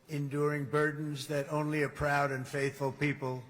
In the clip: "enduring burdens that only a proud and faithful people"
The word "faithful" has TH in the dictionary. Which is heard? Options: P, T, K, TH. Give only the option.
TH